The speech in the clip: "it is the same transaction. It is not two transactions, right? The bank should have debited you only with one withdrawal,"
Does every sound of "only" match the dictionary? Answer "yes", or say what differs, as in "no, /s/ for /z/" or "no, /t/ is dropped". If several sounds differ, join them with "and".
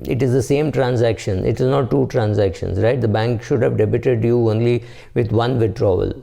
yes